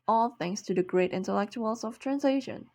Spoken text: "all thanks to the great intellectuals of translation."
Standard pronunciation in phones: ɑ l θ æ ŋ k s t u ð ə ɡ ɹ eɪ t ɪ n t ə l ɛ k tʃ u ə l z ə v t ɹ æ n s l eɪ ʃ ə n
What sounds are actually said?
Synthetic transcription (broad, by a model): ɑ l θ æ ŋ s t u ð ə ɡ ɹ eɪ t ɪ n t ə l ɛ k tʃ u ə l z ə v t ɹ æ n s l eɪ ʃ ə n